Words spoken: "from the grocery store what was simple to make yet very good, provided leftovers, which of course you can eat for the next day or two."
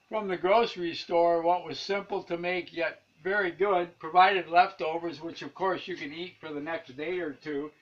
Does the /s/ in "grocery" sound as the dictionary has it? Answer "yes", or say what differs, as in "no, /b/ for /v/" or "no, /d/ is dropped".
yes